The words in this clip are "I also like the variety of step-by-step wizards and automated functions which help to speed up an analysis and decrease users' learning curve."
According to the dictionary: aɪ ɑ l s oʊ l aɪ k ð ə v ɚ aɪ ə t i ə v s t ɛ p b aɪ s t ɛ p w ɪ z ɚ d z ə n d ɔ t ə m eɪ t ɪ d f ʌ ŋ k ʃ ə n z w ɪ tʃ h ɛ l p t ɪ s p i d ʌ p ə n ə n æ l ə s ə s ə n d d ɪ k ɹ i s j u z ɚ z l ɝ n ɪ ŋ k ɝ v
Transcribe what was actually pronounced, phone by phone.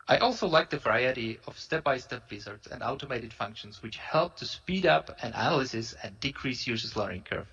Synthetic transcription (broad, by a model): aɪ ɑ l s oʊ l aɪ k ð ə v ɚ aɪ ə t i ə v s t ɛ p b aɪ s t ɛ p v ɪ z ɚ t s ə n d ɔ t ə m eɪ t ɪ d f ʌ ŋ k ʃ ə n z w ɪ tʃ h ɛ l p t ɪ s p i d ʌ p ə n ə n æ l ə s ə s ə n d d ɪ k ɹ i s j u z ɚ s l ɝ ɪ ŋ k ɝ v